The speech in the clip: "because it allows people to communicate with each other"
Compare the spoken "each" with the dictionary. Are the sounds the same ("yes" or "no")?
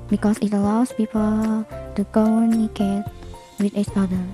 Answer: no